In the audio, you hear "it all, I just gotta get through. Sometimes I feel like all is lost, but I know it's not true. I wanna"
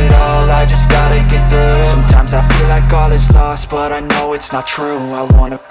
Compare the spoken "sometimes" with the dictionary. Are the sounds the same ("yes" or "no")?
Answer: yes